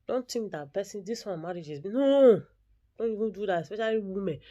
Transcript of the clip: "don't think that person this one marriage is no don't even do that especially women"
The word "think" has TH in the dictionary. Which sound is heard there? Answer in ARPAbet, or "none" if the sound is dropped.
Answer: T